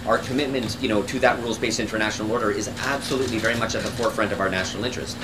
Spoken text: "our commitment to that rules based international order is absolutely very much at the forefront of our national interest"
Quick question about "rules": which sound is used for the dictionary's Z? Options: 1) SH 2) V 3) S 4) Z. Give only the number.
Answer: 4